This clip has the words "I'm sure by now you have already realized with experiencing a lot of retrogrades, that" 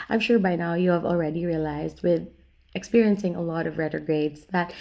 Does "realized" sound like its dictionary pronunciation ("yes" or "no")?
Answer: yes